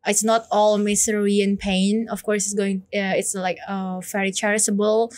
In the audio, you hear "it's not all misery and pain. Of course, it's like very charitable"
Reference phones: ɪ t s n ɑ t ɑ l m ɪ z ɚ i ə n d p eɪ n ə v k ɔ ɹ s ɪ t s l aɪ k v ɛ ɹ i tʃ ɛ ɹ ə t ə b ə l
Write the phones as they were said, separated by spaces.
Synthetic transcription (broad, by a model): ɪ t s n ɑ t ɑ l m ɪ s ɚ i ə n p eɪ n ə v k ɔ ɹ s ɪ t s l aɪ k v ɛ ɹ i tʃ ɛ ɹ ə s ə b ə l